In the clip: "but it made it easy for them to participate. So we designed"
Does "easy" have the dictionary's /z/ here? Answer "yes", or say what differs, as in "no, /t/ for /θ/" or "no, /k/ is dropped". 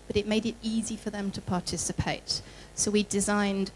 yes